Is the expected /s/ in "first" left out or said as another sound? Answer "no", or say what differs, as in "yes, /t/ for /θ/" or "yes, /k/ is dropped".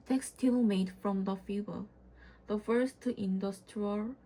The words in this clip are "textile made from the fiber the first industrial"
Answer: no